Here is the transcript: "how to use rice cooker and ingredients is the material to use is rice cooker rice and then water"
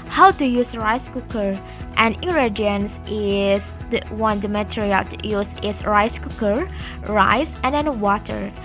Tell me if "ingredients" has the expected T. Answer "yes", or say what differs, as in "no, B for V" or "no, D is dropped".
no, S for T